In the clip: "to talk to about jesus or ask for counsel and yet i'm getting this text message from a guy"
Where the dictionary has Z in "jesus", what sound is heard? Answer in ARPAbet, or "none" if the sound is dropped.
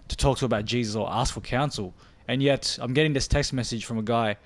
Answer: Z